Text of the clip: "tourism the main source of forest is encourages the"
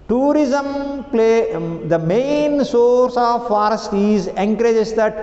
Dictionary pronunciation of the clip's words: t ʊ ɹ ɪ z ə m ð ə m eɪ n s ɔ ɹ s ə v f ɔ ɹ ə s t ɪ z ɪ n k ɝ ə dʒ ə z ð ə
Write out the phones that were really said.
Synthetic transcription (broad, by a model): t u ɹ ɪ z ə m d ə m eɪ n s ɔ ɹ s ə v f ɔ ɹ ə s t ɪ z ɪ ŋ k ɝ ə dʒ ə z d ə